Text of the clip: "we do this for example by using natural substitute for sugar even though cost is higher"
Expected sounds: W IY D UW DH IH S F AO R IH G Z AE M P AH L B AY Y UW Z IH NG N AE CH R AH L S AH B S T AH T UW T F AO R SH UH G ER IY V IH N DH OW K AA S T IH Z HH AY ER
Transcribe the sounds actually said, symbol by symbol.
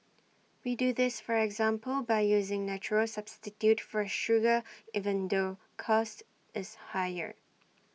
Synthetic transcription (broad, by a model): W IY D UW DH IH S F AO R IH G Z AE M P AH L B AY Y UW Z IH NG N AE CH R AH L S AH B S T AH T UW T F AO R SH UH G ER IY V IH N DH OW K AA S T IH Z HH AY ER